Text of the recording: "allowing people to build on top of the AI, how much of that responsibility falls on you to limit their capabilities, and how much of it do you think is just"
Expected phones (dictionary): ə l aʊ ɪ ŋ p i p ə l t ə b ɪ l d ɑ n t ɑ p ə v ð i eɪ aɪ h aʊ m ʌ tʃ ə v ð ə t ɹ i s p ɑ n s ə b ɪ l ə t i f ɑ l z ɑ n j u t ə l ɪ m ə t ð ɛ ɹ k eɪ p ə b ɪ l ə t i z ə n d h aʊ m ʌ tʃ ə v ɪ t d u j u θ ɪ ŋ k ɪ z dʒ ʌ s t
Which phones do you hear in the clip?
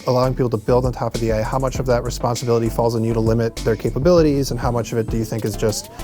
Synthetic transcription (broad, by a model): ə l aʊ ɪ ŋ p i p l t ə b ɪ l d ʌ n t ɑ p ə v ð i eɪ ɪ h aʊ m ʌ tʃ ə v ð ə t ɹ i s p ɑ n s ə b ɪ l ə t i f ɑ l z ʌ n j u t ə l ɪ m ə t ð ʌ ɹ k eɪ p ə b ɪ l ə t i z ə n h aʊ m ʌ tʃ ə v ɪ t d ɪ j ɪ θ ɪ ŋ k ɪ z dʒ ʌ s t